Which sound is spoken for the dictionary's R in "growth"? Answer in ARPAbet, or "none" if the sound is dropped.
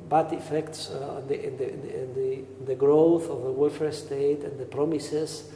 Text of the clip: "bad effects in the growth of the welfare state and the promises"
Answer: R